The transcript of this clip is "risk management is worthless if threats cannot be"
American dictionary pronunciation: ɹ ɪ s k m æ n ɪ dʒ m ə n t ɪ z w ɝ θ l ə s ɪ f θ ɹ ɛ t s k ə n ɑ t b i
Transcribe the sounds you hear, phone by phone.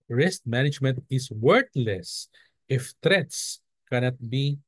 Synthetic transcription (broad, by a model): ɹ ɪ s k m æ n ɪ dʒ m ə n t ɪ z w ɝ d l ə s ɪ f t ɹ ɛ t s k ə n ɑ t b i